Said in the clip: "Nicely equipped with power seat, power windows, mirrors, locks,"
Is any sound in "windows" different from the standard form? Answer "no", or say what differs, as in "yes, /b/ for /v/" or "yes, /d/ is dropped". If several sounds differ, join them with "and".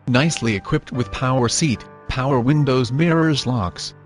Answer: no